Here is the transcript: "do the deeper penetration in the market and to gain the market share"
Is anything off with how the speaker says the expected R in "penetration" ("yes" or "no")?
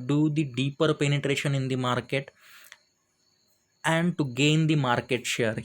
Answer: no